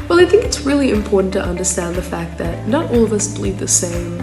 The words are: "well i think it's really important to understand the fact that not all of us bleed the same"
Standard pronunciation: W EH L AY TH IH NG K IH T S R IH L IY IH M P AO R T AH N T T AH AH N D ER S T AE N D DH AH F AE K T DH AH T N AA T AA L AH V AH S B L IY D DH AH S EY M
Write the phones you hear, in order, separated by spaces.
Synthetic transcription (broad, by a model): W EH L AY TH IH NG K IH T S R IH L IY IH M P AO R T N T T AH AH N D ER S T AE N DH AH F AE K T DH AH T N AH T AA L AH V AH S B L IY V DH AH S EY M